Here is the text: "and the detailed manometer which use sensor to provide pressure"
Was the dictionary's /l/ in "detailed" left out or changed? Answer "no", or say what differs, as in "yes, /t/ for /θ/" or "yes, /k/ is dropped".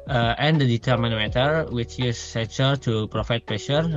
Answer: yes, /l/ is dropped